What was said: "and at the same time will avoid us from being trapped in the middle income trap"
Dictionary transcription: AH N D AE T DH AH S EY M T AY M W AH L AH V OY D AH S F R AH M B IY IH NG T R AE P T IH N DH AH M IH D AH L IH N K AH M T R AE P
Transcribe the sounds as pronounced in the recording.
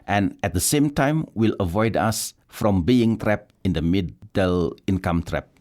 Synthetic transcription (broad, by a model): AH N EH T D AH S EY M T AY M W AH L AH V OY D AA S F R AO M B IY IH NG T R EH P IH N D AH M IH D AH L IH N K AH M T R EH P